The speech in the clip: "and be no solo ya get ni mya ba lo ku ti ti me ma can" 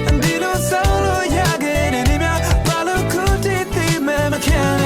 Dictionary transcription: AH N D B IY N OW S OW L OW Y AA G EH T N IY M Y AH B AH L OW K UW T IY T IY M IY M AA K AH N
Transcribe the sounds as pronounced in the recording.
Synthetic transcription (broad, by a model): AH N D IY L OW S OW L OW Y AA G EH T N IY M Y AH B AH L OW K UW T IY T IY M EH M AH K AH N